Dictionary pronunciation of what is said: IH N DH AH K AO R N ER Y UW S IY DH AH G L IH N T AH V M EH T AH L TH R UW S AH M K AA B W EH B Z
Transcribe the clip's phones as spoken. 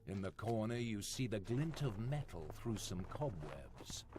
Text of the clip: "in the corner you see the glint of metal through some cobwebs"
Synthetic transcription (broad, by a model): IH N DH AH K AO R N ER Y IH S IY DH AH G L IH N T AH V M EH T L TH R UW S AH M K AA B W EH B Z